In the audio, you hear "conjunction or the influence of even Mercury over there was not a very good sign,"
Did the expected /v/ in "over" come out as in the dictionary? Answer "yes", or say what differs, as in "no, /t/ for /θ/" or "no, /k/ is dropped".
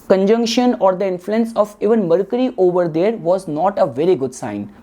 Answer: yes